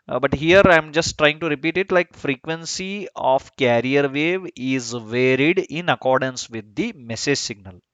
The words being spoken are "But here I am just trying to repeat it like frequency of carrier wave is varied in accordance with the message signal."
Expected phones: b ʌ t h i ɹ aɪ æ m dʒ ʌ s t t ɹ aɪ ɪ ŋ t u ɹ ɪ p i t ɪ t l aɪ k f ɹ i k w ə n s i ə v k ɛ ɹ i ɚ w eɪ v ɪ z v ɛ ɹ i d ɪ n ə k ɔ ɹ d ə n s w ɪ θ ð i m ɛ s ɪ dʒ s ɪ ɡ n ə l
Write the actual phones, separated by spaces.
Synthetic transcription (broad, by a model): b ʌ t h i ɹ aɪ m dʒ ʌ s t t ɹ aɪ ɪ ŋ t u ɹ ɪ p i t ɪ t l aɪ k f ɹ i k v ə n s i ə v k ɛ ɹ i ɚ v eɪ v ɪ z v ɛ ɹ i d ɪ n ə k ɔ ɹ d ə n s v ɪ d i m ɛ s ɪ dʒ s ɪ ɡ n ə l